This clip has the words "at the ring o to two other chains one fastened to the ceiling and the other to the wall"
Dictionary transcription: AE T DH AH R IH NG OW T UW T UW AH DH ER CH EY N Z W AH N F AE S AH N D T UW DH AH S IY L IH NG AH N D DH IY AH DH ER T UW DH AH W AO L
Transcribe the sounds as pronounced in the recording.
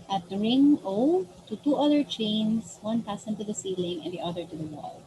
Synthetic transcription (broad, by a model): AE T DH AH R IH NG OW T UW T UW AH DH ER CH EY N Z W AH N P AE S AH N T UW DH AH S IY L IH NG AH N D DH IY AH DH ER T UW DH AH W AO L